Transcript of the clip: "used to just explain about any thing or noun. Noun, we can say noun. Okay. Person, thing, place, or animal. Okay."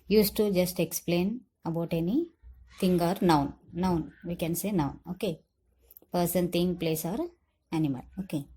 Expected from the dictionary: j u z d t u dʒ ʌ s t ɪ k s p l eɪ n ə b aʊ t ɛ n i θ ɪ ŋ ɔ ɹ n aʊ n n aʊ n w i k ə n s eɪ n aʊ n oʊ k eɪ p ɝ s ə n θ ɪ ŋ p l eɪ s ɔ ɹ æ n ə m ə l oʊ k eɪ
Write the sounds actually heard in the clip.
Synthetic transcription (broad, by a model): j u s t u dʒ ʌ s t ɪ k s p l eɪ n ə b aʊ t ɛ n i t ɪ ŋ ɔ ɹ n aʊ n n aʊ n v i k ə n s eɪ n aʊ n oʊ k eɪ p ɝ s ə n t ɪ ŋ p l eɪ s ɔ ɹ æ n ə m ə l oʊ k eɪ